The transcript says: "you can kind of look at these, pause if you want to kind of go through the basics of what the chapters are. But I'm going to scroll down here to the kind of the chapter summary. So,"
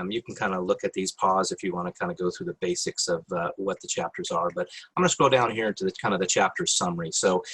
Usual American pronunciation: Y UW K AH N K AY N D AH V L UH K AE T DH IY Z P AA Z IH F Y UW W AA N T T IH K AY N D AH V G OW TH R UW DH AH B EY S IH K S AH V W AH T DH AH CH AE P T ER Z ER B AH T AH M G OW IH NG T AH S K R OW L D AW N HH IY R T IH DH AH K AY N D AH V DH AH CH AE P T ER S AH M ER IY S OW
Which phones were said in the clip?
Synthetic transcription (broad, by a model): Y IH K N K AY N D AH L UH K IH T DH IY Z P AA Z IH F Y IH W AA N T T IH K AY N D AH G OW TH R UW DH AH B EY S IH K S AH V W AH T DH AH CH AE P T ER Z ER B AH T AH M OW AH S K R OW D AW N HH IY R T IH DH AH K AY N D AH V DH AH CH AE P T ER S AH M ER IY S OW